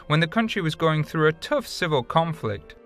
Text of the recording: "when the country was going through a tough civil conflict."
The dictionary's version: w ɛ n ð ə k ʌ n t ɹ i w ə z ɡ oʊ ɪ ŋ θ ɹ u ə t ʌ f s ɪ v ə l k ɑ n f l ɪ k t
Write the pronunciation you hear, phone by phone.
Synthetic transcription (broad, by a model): w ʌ n ð ə k ʌ n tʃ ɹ i w ə z ɡ oʊ ɪ ŋ θ ɹ u ə t ʌ f s ɪ v ə l k ɑ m f l ɪ k t